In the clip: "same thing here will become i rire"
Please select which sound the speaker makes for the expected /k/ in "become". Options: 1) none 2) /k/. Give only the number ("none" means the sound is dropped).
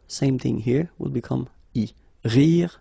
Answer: 2